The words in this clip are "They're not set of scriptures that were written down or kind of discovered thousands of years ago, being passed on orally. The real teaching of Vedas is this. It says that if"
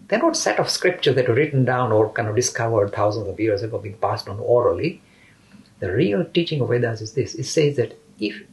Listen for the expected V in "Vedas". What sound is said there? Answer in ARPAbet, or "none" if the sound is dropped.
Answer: W